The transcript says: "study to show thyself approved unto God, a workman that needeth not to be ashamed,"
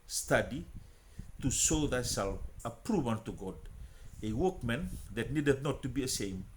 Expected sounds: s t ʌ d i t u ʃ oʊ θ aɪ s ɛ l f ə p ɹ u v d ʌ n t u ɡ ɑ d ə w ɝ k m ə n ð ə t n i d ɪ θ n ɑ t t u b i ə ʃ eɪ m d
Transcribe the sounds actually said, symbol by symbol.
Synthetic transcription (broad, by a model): s t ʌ d i t u ʃ oʊ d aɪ s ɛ l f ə p ɹ u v ʌ n t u ɡ ɑ d ə w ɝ k m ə n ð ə t n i d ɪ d n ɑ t t u b i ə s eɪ m